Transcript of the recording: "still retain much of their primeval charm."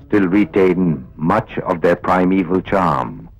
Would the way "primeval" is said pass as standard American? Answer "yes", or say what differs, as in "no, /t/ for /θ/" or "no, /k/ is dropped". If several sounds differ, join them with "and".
yes